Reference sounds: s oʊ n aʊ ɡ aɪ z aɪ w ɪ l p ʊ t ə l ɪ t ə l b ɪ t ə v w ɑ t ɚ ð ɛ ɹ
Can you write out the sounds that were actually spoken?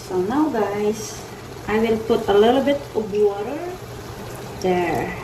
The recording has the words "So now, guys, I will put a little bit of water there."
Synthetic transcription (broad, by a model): s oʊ n aʊ ɡ aɪ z aɪ w ɪ l p ʊ t ə l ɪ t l b ɪ t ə b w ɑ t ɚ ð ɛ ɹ